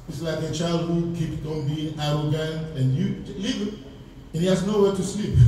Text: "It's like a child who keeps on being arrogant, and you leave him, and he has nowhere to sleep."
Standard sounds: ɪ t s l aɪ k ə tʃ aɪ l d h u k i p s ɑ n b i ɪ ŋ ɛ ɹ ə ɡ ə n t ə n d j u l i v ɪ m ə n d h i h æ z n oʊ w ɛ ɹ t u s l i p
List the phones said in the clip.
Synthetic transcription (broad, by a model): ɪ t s l aɪ k ə tʃ aɪ l d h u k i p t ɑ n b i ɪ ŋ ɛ ɹ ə ɡ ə n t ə n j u l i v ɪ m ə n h i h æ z n oʊ w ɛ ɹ t u s l i p